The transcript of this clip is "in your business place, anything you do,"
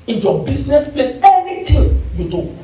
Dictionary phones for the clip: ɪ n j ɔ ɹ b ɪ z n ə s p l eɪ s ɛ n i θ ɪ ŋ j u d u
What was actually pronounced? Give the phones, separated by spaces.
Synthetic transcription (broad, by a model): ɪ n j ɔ b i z n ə s p l eɪ s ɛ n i t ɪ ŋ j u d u